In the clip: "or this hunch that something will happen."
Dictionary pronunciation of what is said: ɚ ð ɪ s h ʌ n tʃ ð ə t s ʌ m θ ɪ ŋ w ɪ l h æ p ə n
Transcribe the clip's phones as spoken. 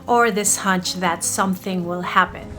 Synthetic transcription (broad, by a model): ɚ ð ɪ s h ʌ n tʃ ð ə t s ʌ m θ ɪ ŋ w ɪ l h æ p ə n